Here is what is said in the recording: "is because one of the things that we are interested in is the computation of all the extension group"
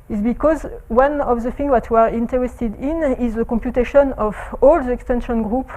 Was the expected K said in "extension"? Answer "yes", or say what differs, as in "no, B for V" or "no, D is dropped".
yes